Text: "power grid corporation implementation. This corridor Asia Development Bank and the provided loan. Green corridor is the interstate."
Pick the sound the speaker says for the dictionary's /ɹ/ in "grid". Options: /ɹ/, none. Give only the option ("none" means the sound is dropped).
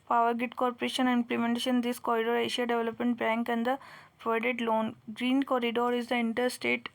none